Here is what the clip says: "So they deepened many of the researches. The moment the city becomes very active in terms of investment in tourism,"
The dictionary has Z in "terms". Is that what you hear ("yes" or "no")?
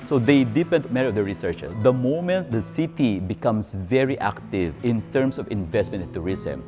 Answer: no